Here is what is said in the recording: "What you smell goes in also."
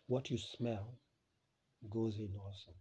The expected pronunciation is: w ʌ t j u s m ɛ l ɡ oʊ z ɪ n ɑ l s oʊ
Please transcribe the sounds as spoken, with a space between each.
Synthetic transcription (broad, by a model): w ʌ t j u s m ɛ l ɡ oʊ z ɪ n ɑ s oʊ